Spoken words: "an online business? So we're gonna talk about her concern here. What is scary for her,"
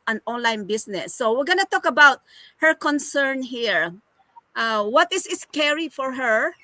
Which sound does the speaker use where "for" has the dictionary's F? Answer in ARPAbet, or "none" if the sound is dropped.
F